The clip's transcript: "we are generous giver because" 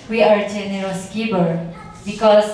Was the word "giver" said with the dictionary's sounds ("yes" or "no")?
no